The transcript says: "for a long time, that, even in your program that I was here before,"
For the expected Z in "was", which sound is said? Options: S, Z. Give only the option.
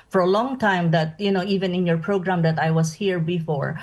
S